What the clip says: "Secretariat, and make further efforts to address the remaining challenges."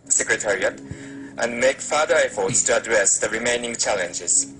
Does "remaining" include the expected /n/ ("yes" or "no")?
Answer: yes